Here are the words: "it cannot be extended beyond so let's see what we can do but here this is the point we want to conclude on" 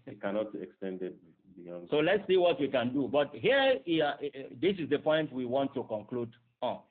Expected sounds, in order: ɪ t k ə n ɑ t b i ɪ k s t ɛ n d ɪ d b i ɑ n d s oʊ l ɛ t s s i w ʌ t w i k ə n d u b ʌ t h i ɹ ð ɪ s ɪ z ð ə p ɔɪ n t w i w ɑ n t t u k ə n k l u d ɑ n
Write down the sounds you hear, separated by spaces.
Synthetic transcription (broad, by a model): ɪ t k ə n ɑ t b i ɪ k s t ɛ n d ɪ d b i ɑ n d s oʊ l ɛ t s s i w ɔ t w i k ə n d u b ʌ t h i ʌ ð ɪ s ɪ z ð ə p ɔɪ n t w i w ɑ n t t u k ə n k l u d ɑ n